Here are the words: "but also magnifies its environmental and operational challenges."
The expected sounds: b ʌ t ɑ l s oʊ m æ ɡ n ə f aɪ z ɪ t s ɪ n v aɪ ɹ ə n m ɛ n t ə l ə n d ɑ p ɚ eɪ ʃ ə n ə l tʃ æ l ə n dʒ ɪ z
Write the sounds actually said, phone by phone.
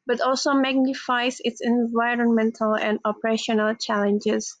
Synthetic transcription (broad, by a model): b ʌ t ɑ l s oʊ m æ ɡ n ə f aɪ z ɪ t s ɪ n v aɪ ɹ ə n m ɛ n t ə l ə n d ɑ p ɚ eɪ ʃ ə n ə l tʃ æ l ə n dʒ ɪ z